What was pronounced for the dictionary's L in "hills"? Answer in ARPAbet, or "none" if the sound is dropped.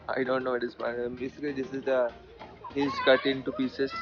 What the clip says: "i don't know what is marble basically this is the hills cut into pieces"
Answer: none